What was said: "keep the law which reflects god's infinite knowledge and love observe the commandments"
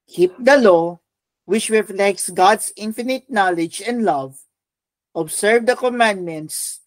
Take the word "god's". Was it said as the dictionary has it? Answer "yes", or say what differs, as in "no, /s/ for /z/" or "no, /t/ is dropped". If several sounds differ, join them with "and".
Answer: no, /s/ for /z/